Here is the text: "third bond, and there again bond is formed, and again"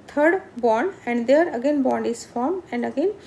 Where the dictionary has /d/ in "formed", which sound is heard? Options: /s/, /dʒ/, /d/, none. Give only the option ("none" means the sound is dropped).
none